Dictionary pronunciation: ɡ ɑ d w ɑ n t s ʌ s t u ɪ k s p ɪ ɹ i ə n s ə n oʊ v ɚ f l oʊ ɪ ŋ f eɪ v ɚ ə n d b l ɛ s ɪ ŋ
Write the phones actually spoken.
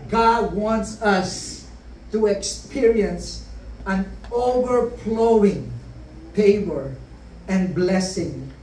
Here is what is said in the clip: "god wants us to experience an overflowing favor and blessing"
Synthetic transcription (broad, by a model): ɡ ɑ d w ɑ n t s ʌ s t u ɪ k s p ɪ ɹ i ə n s ə n oʊ v ɚ f l oʊ ɪ ŋ p eɪ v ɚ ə n b l ɛ s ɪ ŋ